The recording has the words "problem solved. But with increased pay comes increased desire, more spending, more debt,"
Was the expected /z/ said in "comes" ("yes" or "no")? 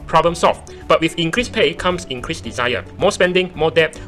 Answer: no